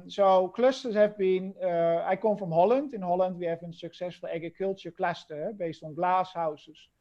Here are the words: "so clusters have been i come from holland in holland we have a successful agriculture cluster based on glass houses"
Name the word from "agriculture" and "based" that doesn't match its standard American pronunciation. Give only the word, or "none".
agriculture